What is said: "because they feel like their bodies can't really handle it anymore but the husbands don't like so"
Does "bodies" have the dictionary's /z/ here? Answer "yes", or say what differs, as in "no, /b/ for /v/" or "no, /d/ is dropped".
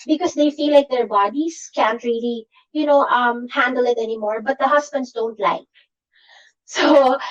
no, /s/ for /z/